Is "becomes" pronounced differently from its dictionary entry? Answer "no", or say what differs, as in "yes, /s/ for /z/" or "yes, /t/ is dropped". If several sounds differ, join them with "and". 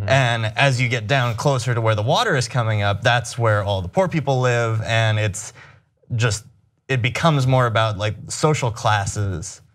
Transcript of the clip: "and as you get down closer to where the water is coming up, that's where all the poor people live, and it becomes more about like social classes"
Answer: no